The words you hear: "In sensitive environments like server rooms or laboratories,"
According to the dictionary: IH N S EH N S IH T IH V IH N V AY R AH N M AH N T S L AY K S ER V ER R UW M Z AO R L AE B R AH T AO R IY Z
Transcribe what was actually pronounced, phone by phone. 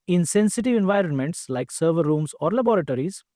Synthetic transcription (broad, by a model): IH N S EH N S IH T IH V IH N V AY R AH N M AH N T S L AY K S ER V ER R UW M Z AO R L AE B R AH T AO R IY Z